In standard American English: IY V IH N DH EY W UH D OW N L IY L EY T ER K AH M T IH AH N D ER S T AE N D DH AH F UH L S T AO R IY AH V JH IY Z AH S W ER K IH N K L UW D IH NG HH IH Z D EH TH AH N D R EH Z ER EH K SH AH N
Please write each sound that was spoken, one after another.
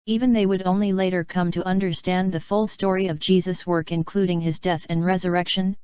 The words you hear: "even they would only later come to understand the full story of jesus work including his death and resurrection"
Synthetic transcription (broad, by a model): IY V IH N DH EY W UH D OW N L IY L EY T ER K AH M T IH AH N D ER S T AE N DH AH F UH L S T AO R IY AH V JH IY Z AH S W ER K IH N K L UW D IH NG IH Z D EH TH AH N R EH Z ER EH K SH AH N